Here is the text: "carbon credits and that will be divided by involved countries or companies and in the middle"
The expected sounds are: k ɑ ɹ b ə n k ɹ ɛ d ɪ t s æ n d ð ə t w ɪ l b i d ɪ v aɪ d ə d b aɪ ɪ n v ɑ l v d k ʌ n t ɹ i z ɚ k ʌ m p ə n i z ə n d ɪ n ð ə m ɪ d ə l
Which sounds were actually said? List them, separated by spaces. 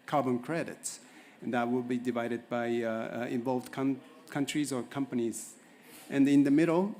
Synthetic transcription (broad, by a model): k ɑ ɹ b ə n k ɹ ɛ d ɪ t s n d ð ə t w ɪ l b i d ɪ v aɪ d ə d b aɪ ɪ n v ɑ l v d k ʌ n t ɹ i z ɚ k ʌ m p ə n i z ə n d ɪ n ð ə m ɪ d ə l